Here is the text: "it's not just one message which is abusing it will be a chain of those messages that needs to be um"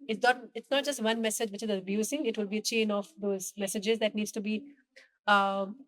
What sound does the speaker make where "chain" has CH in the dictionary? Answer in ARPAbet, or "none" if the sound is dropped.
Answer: CH